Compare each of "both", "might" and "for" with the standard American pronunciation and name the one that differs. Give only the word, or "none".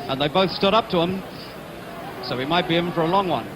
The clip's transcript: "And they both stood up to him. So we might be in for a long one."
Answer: none